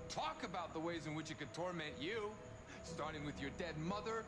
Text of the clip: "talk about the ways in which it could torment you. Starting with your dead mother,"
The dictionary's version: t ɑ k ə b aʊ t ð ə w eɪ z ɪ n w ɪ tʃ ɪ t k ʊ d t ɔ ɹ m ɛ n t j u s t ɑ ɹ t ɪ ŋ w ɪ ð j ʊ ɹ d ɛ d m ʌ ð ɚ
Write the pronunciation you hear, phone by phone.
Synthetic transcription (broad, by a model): t ɑ k ə b aʊ t ð ə w eɪ z ɪ n w ɪ tʃ ɪ t k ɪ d t ɔ ɹ m ɛ n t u s t ɑ ɹ t ɪ ŋ w ɪ ð j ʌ ɹ d ɛ d m ʌ ð ɚ